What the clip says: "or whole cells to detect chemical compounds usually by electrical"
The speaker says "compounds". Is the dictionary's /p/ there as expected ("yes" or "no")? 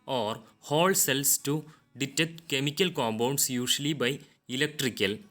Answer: no